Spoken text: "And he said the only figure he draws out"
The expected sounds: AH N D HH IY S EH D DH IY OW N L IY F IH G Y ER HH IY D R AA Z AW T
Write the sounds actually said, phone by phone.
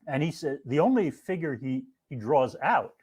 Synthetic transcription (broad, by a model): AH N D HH IY S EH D DH IY OW N L IY F IH G Y ER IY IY D R AA Z AW T